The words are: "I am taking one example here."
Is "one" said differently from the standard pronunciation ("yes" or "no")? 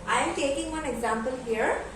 no